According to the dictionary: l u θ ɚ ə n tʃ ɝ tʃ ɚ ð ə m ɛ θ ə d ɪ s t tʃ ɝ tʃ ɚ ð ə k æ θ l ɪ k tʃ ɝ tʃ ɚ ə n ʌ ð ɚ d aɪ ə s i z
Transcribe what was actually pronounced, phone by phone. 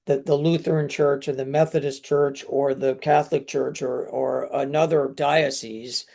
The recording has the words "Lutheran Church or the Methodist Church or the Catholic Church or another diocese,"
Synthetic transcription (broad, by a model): l u θ ɚ n tʃ ɝ tʃ ɚ ð ə m ɛ θ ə d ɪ s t tʃ ɝ tʃ ɚ ð ə k æ θ l ɪ k tʃ ɝ tʃ ɚ ə n ʌ ð ɚ d aɪ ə s i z